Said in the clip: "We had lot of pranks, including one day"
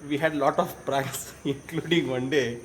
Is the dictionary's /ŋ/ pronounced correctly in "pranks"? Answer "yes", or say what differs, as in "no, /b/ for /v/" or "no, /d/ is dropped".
no, /ŋ/ is dropped